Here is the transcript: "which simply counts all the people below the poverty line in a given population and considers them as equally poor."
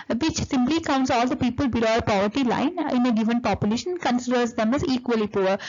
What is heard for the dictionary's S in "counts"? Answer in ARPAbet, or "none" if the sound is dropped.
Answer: S